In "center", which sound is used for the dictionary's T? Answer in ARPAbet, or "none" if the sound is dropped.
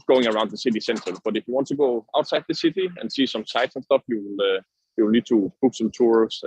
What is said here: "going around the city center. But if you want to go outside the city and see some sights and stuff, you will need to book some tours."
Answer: T